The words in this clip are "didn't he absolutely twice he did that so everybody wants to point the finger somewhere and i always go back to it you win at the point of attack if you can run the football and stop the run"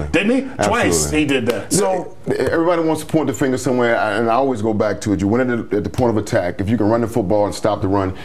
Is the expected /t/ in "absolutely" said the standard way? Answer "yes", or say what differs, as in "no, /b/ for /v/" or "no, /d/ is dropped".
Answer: no, /s/ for /t/